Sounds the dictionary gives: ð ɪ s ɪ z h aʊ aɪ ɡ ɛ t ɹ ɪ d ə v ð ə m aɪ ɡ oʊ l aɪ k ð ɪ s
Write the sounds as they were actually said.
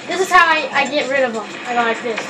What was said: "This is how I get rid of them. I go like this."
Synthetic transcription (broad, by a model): ð ɪ s ɪ z h aʊ aɪ ɡ ɛ t ɹ ɪ d ə v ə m aɪ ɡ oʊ l aɪ k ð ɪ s